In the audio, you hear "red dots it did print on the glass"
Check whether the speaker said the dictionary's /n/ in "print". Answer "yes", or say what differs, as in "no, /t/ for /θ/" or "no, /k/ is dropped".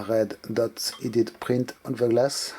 yes